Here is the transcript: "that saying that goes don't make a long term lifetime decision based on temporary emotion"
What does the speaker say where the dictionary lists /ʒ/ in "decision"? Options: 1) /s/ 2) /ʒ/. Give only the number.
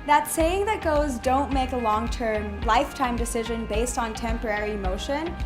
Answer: 2